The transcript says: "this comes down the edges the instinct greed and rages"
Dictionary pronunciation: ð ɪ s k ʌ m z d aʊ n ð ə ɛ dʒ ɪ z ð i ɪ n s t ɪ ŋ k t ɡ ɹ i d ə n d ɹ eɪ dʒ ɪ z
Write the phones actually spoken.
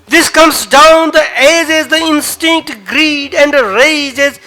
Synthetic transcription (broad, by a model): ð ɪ s k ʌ m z d aʊ n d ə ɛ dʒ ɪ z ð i ɪ n s t ɪ ŋ k t ɡ ɹ i d ə n d ɹ eɪ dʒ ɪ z